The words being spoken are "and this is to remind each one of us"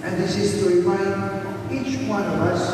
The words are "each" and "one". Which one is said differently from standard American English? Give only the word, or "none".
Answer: none